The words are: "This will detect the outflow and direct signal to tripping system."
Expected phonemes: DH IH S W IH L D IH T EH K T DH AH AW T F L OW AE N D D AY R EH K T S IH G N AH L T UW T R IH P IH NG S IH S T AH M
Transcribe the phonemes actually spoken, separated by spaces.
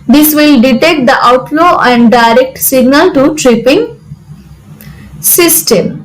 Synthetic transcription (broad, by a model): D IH S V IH L D IH T EH K T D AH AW T L OW AE N D D AY R EH K T S IH G N AH L T UW T R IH P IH NG S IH S T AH M